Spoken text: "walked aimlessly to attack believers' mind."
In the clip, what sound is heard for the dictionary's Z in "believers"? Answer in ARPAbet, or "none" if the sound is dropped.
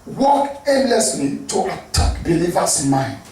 S